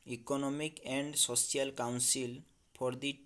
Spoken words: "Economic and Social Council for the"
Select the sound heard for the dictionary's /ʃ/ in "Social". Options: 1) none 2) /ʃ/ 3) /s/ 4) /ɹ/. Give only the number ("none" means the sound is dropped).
3